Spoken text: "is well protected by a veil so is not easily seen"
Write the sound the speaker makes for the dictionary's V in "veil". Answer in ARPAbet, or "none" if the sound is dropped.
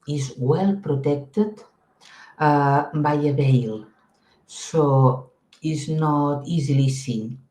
B